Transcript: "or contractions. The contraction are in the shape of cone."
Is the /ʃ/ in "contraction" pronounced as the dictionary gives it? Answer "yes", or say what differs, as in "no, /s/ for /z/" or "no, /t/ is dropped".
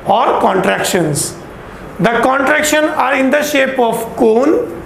yes